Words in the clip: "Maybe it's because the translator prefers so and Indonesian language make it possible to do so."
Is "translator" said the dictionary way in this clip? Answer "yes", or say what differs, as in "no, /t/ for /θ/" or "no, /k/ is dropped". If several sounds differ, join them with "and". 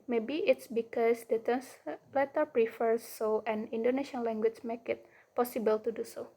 no, /ɹ/ is dropped